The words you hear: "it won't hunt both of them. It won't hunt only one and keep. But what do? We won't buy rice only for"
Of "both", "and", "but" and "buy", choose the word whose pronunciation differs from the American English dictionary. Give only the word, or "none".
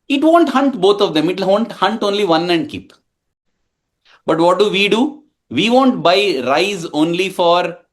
both